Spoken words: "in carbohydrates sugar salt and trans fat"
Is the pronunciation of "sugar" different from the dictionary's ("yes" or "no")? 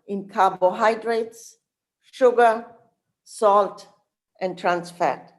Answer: no